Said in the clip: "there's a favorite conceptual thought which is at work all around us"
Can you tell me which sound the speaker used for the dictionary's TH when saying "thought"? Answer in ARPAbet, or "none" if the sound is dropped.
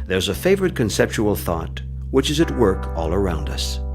TH